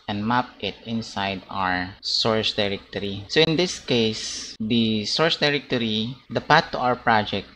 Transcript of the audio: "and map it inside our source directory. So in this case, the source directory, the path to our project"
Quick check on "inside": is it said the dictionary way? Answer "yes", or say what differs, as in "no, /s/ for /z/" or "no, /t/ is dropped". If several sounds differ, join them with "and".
yes